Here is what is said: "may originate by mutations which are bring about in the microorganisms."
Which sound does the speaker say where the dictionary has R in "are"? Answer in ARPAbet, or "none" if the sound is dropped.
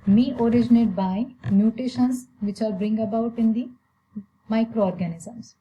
L